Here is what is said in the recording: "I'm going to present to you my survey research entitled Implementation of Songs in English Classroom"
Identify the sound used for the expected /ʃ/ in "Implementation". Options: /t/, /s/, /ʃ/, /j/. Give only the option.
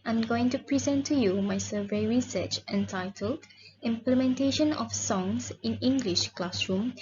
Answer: /ʃ/